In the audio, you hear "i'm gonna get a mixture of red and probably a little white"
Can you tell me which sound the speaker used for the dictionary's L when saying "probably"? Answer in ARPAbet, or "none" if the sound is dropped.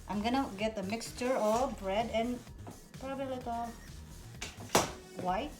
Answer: none